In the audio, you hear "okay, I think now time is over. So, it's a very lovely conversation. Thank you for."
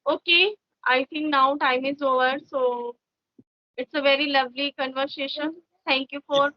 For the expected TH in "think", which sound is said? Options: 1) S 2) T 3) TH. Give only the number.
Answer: 2